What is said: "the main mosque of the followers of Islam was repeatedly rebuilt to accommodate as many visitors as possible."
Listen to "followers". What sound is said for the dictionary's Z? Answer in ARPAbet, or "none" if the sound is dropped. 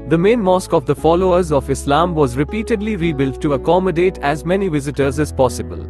Z